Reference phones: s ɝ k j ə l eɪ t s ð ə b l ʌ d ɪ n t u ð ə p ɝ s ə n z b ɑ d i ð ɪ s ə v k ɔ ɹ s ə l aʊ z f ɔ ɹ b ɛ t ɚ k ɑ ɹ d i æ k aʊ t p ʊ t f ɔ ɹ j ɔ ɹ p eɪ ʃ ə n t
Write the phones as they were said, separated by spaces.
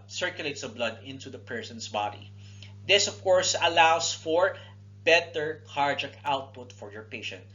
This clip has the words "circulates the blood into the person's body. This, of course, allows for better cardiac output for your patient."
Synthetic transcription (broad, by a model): s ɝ k j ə l eɪ t s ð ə b l ʌ d ɪ n t u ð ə p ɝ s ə n s b ɑ d i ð ɪ s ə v k ɔ ɹ s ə l aʊ s f ɔ ɹ b ɛ t ɚ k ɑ ɹ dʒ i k aʊ t p ʊ t f ɔ ɹ j ɔ ɹ p eɪ ʃ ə n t